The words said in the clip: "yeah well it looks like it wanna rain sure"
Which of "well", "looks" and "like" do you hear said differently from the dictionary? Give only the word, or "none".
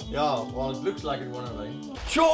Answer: none